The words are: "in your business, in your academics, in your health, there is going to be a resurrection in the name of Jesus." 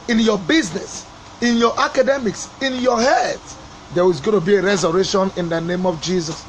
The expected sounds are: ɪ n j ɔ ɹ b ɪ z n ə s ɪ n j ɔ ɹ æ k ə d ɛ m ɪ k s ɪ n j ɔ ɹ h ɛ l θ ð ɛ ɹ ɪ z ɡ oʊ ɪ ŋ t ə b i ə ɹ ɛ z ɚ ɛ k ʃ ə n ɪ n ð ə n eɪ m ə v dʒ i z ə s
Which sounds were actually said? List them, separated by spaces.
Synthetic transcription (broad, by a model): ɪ n j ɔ b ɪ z n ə s ɪ n j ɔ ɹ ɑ k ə d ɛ m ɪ k s ɪ n j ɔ h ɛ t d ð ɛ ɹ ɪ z ɡ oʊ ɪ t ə b i ə ɹ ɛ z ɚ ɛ ʃ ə n ɪ n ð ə n eɪ m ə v dʒ i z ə s